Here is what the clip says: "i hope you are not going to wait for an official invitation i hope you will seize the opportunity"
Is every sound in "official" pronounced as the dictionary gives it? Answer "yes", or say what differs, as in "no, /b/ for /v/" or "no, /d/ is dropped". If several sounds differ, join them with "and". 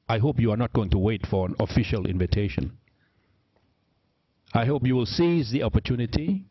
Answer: yes